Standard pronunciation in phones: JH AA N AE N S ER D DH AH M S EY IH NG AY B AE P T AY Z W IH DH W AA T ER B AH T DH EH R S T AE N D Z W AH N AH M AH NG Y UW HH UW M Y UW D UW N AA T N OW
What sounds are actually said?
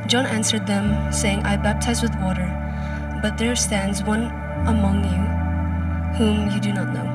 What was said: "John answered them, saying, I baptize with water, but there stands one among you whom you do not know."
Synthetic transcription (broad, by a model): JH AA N AE N S ER D DH AH M S EY IH NG AY B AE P T AY Z W IH DH W AA T ER B AH T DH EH R S T AE N D Z W AH N AH M AH NG Y UW HH UW M Y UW D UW N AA T N OW